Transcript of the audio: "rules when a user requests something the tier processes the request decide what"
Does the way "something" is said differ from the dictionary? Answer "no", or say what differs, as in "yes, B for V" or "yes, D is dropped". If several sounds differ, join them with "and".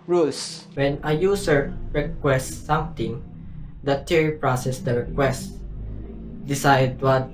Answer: yes, T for TH